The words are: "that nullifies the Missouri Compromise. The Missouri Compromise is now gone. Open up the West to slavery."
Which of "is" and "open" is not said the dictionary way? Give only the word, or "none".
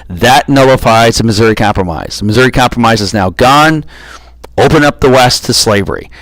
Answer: none